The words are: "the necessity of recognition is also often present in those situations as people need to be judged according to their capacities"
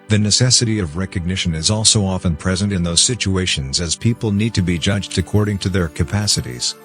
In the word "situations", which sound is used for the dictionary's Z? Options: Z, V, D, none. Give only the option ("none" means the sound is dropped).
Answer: Z